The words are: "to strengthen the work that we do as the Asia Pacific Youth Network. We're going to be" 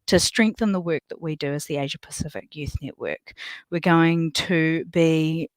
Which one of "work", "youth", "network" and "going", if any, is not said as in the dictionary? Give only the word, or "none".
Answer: none